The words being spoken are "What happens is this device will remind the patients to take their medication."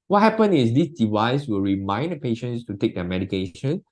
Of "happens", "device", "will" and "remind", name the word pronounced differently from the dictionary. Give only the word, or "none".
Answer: happens